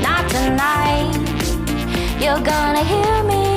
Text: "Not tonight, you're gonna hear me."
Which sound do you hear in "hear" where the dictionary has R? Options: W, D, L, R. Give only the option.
R